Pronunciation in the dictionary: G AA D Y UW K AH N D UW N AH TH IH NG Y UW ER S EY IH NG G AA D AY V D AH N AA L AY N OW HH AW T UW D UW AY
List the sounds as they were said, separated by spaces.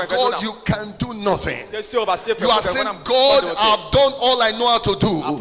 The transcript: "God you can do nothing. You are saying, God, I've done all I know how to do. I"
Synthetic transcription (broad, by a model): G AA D Y UW K AH N D UW N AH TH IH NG Y UW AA S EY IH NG G AA D AY V D AH N AA L AY N OW HH AW T UW D UW